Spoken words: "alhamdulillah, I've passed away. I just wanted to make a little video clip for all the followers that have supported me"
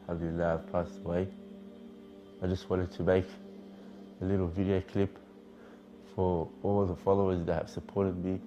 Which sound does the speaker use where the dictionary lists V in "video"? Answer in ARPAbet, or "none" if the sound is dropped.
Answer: V